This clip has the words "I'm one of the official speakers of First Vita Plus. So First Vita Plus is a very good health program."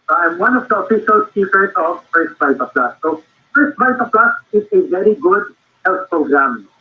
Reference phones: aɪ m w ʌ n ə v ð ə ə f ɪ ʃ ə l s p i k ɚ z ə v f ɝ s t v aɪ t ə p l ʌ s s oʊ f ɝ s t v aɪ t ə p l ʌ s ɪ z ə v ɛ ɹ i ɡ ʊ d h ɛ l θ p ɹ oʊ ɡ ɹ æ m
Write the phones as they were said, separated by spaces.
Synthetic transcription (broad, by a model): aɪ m w ʌ n ə v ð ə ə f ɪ s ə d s i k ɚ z ə v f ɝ s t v aɪ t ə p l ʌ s s oʊ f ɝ s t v aɪ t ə p l ʌ s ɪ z ə v ɛ ɹ i ɡ ʊ d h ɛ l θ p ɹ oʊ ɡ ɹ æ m